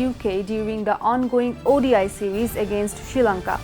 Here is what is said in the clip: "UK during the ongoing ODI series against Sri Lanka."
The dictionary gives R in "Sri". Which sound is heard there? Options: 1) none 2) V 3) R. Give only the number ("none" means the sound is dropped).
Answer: 1